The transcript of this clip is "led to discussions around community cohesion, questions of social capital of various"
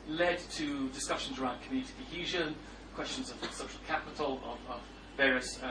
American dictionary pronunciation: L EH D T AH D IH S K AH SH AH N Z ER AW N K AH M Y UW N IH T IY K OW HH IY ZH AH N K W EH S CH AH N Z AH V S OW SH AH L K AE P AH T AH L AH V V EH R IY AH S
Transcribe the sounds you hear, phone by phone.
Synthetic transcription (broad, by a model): L EH D T AH D IH S K AH SH AH N Z ER AW N K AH M Y UW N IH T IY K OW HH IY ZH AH N K W EH S CH AH N Z AH V S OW SH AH L K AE P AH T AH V AH V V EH R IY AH S